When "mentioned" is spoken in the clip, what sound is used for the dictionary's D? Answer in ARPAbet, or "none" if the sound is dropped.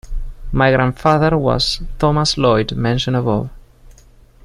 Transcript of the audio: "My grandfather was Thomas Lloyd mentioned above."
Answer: none